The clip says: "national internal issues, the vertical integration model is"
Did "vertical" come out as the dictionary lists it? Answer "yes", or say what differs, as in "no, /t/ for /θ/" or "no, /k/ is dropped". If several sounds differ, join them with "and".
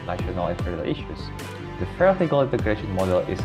no, /p/ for /v/